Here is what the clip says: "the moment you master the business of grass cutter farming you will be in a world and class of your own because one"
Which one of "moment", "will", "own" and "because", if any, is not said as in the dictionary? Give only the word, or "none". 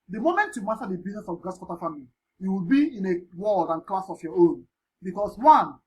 because